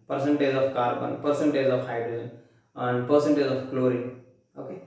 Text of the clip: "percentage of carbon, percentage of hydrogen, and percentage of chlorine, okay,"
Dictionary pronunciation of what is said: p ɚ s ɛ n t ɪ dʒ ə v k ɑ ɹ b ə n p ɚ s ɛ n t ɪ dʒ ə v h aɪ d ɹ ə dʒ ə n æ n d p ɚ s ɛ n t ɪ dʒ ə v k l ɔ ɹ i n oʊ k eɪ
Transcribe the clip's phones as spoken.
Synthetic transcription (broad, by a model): p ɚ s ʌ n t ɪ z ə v k ɑ ɹ b ə n p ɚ s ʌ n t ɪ z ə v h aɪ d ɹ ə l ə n n d p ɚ s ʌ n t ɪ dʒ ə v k l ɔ ɹ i oʊ k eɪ